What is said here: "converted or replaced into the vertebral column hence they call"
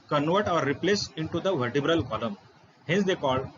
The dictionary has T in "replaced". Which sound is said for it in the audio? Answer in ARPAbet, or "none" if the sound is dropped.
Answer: none